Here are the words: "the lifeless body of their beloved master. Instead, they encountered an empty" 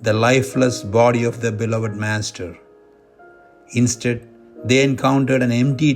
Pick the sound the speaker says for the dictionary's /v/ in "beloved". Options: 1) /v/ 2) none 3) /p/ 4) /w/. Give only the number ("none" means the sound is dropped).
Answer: 1